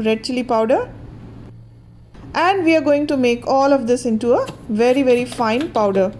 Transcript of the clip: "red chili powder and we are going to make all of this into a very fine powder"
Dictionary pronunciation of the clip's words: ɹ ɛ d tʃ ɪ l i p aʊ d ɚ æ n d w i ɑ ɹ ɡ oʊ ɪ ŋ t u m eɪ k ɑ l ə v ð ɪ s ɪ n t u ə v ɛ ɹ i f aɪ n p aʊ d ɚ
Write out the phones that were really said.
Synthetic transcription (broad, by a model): ɹ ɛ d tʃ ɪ l i p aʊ d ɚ æ n d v i ɑ ɹ ɡ oʊ ɪ ŋ t u m eɪ k ɑ l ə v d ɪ s ɪ n t u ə v ɛ ɹ i f aɪ n p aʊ d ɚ